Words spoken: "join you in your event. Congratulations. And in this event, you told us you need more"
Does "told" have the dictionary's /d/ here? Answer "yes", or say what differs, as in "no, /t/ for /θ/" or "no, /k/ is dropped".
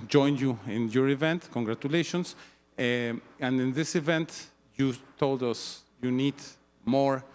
yes